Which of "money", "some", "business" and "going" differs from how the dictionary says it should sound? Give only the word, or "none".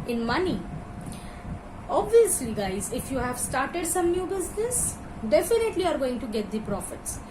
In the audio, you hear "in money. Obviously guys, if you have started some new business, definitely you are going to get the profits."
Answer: none